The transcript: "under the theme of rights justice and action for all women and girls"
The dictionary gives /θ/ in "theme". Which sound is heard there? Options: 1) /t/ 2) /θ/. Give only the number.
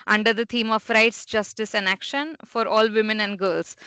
1